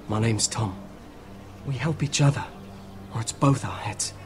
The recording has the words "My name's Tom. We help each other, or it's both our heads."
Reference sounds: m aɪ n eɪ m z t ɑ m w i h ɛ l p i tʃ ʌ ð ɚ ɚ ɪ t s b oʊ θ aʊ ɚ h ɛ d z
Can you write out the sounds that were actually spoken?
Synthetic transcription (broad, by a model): m aɪ n eɪ m z t ɑ m w i h ɛ l p i tʃ ʌ ð ɚ ɚ ɪ t s b oʊ θ aʊ ɚ h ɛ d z